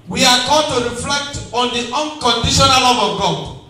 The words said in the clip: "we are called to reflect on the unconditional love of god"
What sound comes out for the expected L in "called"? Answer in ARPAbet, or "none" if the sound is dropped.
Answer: none